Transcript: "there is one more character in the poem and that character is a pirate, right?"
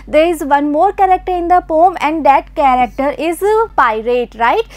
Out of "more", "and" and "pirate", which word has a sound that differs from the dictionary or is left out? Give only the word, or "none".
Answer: none